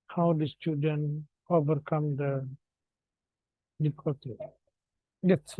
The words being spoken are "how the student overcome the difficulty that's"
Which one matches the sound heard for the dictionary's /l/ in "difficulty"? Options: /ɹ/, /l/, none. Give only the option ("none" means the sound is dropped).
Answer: none